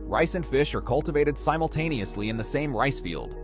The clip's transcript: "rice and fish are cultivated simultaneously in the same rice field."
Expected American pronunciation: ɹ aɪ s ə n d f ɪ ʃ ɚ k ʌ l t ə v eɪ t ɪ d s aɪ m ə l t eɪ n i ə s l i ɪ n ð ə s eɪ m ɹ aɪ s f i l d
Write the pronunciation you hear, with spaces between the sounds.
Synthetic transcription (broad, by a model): ɹ aɪ s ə n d f ɪ ʃ ɚ k ʌ l t ə v eɪ t ɪ d s aɪ m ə l t eɪ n i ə s l i ɪ n ð ə s eɪ m ɹ aɪ s f i l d